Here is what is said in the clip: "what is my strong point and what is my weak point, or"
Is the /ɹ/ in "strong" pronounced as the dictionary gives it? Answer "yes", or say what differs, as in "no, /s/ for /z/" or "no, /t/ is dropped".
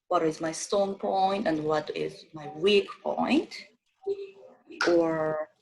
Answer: no, /ɹ/ is dropped